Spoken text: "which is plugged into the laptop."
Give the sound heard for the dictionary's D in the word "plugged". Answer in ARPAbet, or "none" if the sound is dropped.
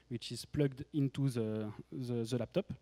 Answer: D